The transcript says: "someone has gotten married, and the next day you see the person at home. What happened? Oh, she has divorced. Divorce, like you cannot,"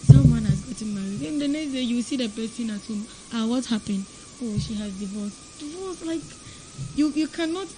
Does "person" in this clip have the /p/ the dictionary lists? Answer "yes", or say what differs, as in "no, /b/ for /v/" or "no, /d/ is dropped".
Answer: no, /b/ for /p/